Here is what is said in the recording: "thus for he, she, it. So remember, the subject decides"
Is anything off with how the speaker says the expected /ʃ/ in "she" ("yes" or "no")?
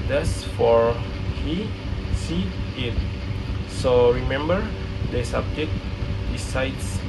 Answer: yes